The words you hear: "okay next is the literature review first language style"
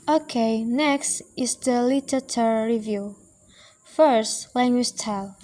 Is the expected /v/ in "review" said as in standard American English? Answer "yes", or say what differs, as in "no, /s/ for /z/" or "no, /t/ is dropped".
yes